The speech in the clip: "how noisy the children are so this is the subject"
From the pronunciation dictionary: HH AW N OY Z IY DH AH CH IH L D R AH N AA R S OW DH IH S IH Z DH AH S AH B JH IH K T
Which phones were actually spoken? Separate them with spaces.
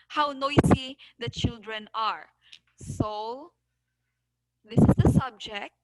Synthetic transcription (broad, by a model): HH AW N OY S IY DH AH CH IH L D R AH N AA R S OW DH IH S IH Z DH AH S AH B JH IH K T